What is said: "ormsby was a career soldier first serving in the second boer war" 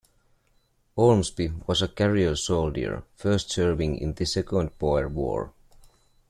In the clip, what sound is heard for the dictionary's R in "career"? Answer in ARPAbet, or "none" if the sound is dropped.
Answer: L